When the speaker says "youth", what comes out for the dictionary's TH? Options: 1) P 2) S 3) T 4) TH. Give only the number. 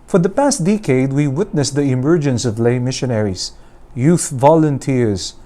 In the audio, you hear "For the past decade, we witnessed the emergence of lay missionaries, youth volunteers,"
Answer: 4